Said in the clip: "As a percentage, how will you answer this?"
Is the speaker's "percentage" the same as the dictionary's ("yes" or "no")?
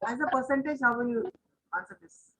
yes